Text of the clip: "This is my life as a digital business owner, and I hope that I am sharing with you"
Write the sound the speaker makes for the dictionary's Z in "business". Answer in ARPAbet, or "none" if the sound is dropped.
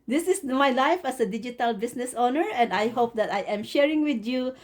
S